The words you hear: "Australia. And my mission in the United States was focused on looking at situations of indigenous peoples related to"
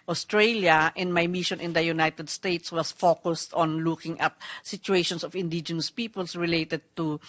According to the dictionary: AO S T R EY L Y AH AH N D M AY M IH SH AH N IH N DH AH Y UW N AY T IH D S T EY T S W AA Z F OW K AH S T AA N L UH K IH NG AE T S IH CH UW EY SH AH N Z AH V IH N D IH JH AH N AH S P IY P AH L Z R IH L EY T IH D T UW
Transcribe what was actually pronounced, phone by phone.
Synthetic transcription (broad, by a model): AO S T R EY L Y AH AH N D M AY M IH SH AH N IH N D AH Y UW N AY T IH D S T EY T S W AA S F OW K AH S T AA N L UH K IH NG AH T S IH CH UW EY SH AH N S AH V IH N D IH JH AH N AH S P IY P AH L S R IH L EY T IH D T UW